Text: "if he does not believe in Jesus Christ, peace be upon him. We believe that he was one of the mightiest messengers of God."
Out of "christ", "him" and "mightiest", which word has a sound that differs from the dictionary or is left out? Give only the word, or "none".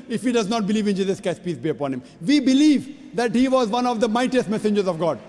christ